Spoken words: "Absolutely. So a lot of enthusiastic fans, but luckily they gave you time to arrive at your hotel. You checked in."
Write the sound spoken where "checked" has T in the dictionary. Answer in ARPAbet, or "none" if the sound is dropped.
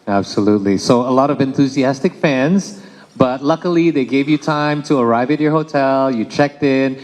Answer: T